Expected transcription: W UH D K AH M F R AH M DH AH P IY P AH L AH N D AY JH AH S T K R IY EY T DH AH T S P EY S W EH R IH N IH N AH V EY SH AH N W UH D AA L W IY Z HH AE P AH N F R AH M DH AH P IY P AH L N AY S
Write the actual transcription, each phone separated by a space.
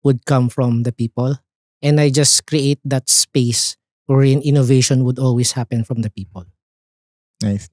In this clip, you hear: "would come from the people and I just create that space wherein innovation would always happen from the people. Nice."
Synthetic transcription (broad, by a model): W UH D K AH M F R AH M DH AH P IY P AH L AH N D AY JH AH S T K R IY EY T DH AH T S P EY S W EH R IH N IH N AH V EY SH AH N W UH D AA L W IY S HH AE P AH N F R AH M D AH P IY P AH L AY